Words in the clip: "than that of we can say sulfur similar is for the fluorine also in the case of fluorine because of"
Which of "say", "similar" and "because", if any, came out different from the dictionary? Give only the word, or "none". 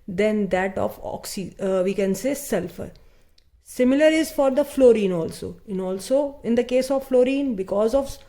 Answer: none